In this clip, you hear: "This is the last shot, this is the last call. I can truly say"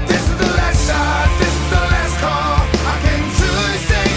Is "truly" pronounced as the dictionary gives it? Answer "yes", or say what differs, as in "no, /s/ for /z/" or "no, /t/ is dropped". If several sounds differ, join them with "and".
no, /ɹ/ is dropped and /l/ is dropped